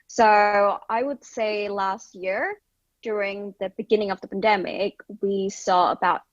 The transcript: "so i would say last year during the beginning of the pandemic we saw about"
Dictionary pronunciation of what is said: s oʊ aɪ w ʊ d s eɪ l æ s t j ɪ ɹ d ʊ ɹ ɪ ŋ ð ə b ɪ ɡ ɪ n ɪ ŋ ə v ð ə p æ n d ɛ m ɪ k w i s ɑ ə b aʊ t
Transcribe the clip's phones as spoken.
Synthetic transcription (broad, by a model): s oʊ aɪ w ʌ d s eɪ l æ s t j ɪ ɹ d ʊ ɹ ɪ ŋ ð ə b ɪ ɡ ɪ n ɪ ŋ ə v ð ə p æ n d ɛ m ɪ k w i s ɑ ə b aʊ t